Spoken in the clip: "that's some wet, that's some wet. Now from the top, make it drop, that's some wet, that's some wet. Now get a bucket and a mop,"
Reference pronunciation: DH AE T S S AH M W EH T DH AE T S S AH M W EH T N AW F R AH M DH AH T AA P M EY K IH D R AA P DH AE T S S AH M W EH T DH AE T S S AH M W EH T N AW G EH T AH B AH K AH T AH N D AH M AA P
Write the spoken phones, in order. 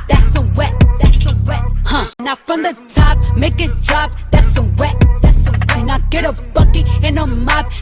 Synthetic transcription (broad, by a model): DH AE T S S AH W EH T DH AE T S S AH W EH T N AW F R AH M DH AH T AA P M EY K IH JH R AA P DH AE T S S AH W EH T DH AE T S S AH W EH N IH G EH T AH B AH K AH AH N AH M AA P